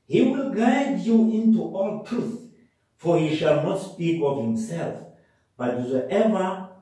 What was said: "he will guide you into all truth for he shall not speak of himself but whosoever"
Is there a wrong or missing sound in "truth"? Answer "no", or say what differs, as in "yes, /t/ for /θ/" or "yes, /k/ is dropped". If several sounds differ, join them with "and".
no